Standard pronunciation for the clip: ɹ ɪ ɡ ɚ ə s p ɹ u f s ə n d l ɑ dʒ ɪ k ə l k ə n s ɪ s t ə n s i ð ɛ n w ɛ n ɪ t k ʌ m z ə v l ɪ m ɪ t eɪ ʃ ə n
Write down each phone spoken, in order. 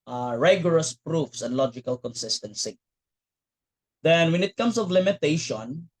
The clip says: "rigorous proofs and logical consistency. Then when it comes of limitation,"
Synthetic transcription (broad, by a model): ɹ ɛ ɡ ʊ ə s p ɹ u f s ə n d l ɑ dʒ ɪ k ə l k ə n s ɪ s t ə n s i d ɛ n w ɛ n ɪ t k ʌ m s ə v l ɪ m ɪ t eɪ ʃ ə n